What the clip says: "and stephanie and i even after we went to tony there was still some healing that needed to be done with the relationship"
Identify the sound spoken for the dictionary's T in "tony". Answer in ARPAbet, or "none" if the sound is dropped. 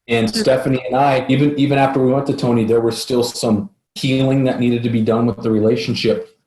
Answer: T